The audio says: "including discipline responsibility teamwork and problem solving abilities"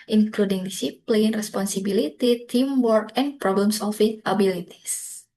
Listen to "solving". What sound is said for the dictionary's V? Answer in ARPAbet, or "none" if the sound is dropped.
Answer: F